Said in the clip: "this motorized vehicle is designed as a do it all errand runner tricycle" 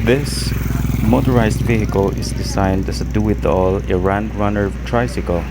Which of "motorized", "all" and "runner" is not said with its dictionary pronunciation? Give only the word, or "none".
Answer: motorized